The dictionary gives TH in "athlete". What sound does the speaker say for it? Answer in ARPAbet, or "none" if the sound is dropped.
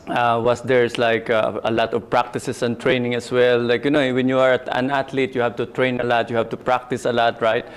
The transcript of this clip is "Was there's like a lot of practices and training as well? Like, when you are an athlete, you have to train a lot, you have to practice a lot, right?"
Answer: T